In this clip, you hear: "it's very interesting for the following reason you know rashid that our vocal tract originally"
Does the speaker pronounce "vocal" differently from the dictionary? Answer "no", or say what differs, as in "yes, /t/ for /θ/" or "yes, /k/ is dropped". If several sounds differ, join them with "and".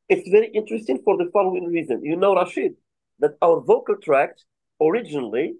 no